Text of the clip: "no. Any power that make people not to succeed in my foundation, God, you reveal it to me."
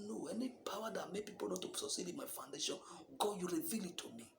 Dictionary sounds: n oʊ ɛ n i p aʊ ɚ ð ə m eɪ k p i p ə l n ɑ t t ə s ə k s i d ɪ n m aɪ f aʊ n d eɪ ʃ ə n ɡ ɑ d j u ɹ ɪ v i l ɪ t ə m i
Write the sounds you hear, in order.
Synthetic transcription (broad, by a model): n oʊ ɛ n i p aʊ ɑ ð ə m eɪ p i p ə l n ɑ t t ə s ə s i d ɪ m aɪ f aʊ n d eɪ ʃ ə n ɡ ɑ j u ɹ ɪ v i l ɪ t ə m i